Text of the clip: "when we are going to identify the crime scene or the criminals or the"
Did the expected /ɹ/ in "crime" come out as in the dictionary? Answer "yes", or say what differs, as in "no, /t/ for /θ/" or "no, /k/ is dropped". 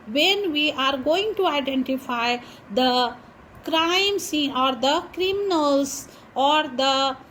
yes